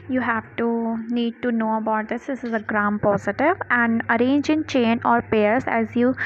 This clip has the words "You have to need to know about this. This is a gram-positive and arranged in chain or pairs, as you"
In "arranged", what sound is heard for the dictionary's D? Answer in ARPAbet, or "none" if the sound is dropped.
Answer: none